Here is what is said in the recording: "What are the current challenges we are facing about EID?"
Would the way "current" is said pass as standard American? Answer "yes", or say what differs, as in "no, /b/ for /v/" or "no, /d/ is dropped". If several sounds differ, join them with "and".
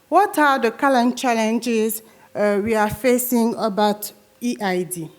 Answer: no, /l/ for /ɹ/